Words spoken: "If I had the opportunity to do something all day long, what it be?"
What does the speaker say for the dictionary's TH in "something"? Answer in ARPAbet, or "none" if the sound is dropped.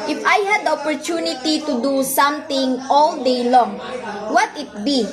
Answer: T